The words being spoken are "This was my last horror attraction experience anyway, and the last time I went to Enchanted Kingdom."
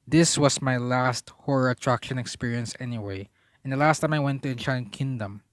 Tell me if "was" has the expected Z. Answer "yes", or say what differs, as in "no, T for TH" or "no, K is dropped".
no, S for Z